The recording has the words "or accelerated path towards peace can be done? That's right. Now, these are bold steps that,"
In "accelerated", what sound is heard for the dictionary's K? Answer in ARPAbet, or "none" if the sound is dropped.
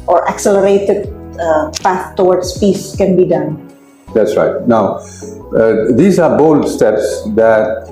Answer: K